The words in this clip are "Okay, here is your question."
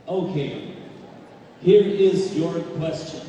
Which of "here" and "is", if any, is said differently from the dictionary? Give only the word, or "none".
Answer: none